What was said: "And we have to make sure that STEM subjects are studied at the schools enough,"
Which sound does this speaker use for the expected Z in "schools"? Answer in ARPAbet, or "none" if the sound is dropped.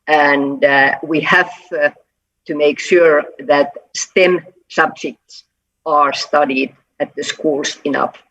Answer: S